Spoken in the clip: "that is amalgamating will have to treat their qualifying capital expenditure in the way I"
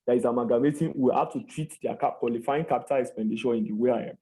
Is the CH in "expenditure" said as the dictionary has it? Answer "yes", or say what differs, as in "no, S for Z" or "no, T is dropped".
no, SH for CH